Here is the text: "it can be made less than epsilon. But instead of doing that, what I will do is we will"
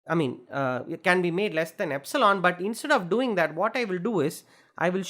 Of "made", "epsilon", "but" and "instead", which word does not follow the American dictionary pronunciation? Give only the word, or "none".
none